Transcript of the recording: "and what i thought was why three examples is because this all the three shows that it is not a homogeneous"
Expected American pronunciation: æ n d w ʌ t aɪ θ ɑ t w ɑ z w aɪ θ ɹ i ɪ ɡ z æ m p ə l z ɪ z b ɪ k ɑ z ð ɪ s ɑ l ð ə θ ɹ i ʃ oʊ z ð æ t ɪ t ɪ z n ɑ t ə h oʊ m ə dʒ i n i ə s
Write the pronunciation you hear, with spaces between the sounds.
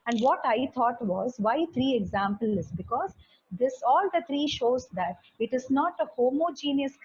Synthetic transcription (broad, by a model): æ n d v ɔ t aɪ t ɑ t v ɑ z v aɪ t ɹ i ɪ ɡ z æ m p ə l ɪ z b ɪ k ɑ z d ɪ s ɑ l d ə t ɹ i ʃ oʊ z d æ t ɪ t ɪ z n ɑ t ə h oʊ m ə dʒ i n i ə s